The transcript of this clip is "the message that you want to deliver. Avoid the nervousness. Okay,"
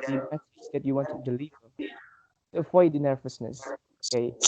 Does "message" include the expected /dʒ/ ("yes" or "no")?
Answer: no